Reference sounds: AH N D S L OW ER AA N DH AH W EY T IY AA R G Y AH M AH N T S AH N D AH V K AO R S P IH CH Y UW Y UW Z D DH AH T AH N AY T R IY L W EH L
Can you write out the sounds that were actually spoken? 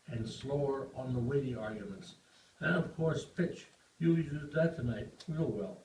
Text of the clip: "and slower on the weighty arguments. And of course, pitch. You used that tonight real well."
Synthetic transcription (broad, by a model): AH N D S L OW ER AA N DH AH W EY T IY AA R G Y AH M AH N T S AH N AH V K AO R S P IH CH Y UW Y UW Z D DH AH T AH N AY T W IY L W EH L